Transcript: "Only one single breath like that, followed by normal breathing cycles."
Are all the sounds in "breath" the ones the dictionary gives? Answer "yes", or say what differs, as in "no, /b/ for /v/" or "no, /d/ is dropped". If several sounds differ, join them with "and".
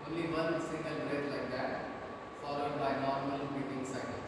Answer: no, /t/ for /θ/